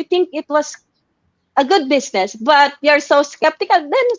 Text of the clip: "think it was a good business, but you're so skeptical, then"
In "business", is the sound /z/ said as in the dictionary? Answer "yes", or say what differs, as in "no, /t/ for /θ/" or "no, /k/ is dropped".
no, /s/ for /z/